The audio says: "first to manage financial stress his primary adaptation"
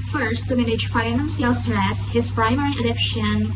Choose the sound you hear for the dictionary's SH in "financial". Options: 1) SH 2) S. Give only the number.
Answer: 2